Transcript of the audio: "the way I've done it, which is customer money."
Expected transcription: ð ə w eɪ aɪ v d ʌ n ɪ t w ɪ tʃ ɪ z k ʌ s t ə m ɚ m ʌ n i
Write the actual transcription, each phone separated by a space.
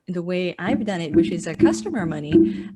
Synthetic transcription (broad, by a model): ð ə w eɪ aɪ v d ʌ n ɪ t w ɪ tʃ ɪ z k ʌ s t ə m ɚ m ʌ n i